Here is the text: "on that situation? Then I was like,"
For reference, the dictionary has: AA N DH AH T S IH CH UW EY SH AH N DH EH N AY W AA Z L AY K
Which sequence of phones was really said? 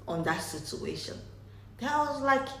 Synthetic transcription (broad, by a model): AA N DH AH T S IH CH UW EY SH AH N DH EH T W AA Z L AY K